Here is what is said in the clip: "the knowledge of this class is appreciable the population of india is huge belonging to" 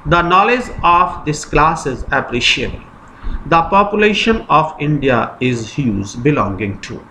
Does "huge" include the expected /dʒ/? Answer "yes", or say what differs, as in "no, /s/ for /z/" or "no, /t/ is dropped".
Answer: no, /z/ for /dʒ/